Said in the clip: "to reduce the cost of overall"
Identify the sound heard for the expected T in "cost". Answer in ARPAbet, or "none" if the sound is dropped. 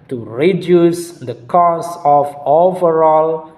none